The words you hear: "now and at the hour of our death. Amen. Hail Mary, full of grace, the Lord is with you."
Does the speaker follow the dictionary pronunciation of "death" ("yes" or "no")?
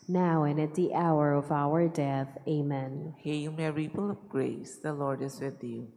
yes